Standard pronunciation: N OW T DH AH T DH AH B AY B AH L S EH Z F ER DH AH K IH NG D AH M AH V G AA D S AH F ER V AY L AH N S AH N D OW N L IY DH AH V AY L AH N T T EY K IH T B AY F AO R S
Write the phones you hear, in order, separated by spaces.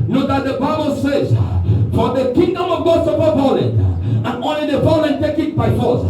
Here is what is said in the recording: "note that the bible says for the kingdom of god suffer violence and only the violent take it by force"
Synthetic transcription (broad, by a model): N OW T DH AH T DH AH B AY B AH L S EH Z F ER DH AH K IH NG D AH M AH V G AA D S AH P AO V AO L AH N AH N OW N L IY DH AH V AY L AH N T T EY K IH T B AY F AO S